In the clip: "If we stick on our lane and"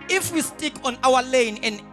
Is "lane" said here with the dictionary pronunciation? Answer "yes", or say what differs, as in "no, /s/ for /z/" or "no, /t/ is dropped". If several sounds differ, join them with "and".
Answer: yes